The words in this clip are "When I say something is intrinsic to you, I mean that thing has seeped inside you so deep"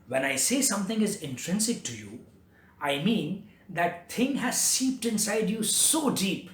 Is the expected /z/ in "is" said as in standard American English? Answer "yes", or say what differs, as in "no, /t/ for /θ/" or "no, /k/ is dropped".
yes